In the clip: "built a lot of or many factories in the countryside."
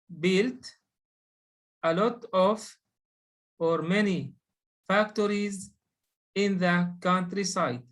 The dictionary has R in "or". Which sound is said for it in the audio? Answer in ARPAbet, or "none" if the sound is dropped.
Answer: R